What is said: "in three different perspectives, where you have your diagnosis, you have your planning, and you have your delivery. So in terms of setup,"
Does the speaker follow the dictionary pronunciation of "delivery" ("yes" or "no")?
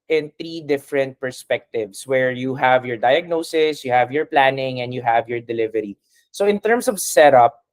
yes